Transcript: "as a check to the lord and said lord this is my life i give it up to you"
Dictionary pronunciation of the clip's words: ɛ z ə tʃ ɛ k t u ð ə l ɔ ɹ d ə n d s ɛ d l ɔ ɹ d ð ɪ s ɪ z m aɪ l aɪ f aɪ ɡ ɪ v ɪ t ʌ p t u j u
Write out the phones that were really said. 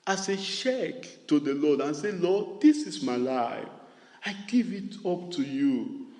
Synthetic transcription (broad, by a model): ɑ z ə ʃ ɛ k t u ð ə l ɔ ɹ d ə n s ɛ l ɔ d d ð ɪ s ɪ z m aɪ l aɪ f aɪ ɡ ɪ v ɪ t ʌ p t u j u